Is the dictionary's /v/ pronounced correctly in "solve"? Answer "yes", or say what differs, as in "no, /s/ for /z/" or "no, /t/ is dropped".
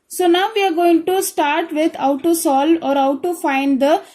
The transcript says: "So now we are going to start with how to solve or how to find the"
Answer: no, /v/ is dropped